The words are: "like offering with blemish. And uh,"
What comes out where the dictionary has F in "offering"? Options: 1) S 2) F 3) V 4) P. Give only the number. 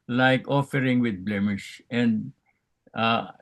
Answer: 2